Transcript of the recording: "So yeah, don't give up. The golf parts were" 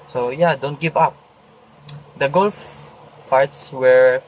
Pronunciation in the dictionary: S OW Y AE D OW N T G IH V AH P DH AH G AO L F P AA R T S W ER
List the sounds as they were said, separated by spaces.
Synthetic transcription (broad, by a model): S OW Y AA D OW N T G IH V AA P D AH G AO L F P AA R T S W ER